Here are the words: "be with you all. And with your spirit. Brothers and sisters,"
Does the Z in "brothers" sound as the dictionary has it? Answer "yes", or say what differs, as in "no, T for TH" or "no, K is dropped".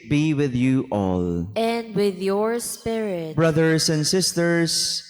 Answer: no, S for Z